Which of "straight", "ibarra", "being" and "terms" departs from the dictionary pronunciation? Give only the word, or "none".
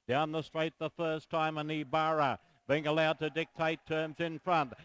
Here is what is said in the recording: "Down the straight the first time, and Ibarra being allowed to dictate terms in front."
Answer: none